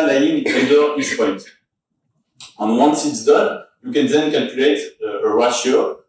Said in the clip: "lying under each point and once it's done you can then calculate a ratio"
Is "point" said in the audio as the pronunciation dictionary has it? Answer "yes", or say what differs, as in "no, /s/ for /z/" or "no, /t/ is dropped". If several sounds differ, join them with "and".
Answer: no, /n/ is dropped